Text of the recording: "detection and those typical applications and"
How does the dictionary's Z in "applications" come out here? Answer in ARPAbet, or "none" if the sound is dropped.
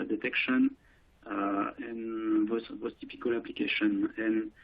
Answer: none